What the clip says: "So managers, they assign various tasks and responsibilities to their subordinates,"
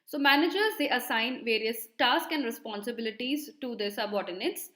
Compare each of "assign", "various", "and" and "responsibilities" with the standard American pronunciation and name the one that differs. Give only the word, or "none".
none